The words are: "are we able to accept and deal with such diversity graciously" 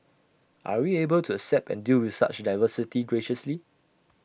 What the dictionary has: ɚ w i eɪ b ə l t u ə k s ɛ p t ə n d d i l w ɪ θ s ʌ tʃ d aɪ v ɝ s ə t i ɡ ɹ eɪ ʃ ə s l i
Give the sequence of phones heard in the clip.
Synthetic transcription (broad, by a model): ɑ w i eɪ b ə l t u ə k s ɛ p t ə n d d i l w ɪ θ s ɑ tʃ d aɪ v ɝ s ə t i ɡ ɹ eɪ ʃ ə s l i